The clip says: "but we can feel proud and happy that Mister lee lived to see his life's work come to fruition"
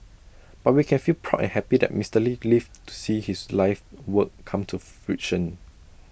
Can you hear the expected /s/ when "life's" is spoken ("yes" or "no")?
no